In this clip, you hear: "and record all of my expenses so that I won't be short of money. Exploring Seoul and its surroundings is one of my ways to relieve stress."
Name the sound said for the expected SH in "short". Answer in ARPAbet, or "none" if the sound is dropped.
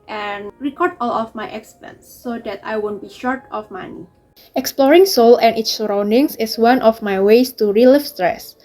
SH